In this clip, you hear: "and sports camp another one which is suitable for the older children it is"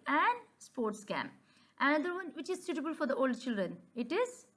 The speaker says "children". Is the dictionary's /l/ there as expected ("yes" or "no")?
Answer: yes